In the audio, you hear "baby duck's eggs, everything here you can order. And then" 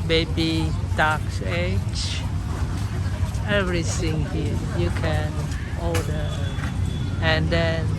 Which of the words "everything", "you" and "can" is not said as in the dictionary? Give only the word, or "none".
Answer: everything